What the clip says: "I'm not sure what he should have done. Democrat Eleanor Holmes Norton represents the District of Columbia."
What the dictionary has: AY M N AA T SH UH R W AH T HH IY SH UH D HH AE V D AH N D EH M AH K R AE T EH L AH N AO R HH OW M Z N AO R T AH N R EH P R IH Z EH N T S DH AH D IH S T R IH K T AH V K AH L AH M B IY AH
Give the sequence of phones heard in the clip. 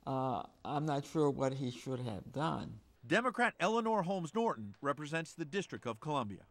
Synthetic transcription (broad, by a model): AY M N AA T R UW W AH T HH IY SH UH D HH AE V D AH N D EH M AH K R AE T EH L AH N AO R HH OW M Z N AO R T N R EH P R IH Z EH N T S DH AH D IH S T R IH K T AH V K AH L AH M B IY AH